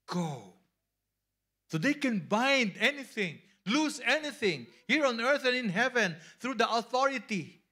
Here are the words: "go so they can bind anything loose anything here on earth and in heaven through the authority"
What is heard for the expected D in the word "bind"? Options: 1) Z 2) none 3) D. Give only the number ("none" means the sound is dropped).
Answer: 3